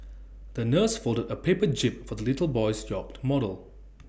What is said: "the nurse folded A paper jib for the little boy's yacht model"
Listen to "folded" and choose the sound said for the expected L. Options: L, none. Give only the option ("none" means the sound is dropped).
L